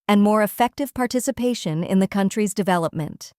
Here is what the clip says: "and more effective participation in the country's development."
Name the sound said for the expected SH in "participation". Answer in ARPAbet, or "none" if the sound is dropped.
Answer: SH